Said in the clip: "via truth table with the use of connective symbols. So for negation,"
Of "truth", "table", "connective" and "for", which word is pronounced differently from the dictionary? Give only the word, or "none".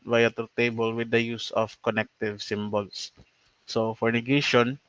truth